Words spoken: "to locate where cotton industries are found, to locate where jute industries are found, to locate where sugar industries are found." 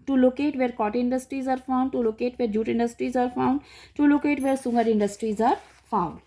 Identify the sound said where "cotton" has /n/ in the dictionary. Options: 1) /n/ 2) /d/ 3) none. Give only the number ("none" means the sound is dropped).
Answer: 3